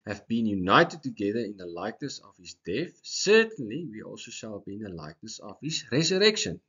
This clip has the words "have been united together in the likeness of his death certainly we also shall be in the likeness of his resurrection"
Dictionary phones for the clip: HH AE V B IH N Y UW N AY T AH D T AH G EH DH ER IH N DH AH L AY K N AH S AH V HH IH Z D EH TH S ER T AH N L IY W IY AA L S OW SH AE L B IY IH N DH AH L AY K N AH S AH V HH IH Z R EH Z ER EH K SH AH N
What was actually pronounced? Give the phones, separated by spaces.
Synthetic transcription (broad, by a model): HH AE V B IH N Y UW N AY T AH D T AH G EH DH ER IH N DH AH L AY K N AH S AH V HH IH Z D EH TH S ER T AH N L IY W IY AA L S OW SH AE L B IY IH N DH AH L AY K N AH S AH V HH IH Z R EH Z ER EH K SH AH N